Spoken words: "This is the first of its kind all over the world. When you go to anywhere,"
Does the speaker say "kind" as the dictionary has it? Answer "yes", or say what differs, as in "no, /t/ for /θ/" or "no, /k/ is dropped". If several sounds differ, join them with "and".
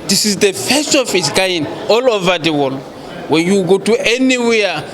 no, /d/ is dropped